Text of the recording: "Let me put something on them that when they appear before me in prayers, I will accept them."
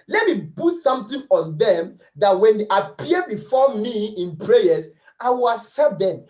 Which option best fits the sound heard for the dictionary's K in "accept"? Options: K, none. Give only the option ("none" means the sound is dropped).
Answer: none